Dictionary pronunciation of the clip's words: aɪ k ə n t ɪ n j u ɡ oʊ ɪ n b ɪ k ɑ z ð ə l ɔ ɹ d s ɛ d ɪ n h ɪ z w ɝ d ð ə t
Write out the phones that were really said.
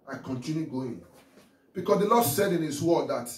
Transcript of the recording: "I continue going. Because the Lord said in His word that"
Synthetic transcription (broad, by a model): aɪ k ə n t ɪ n j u ɡ oʊ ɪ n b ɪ k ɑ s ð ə l ɔ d s ɛ d ɪ n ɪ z w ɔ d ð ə t